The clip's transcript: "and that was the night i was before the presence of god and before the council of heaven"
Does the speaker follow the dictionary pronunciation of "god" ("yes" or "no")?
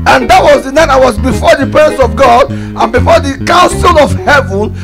yes